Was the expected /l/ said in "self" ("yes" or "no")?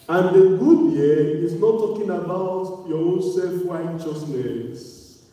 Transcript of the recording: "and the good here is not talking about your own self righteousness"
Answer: yes